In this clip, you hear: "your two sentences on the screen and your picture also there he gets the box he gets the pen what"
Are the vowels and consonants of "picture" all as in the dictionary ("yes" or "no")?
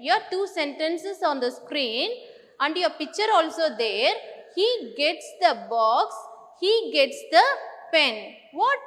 yes